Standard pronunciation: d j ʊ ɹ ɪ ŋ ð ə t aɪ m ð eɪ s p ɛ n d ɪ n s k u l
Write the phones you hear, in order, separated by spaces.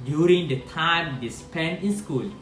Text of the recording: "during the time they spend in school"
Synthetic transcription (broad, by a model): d j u ɹ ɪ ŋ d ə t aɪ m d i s p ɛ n ɪ n s k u l